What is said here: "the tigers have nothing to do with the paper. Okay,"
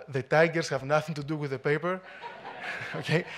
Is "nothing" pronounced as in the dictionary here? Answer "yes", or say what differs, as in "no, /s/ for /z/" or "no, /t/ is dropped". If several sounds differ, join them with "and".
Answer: yes